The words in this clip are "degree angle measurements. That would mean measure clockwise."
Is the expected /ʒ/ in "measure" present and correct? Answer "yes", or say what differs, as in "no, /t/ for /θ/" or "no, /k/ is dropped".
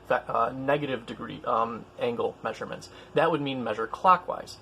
yes